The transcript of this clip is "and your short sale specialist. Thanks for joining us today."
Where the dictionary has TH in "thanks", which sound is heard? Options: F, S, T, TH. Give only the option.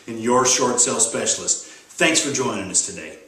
TH